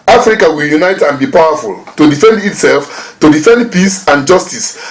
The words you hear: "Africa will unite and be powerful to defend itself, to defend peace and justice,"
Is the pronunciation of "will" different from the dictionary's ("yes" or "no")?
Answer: no